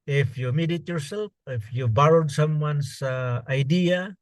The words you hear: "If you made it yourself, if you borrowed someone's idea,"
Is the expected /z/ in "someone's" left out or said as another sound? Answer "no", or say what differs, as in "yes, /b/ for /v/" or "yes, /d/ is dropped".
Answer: yes, /s/ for /z/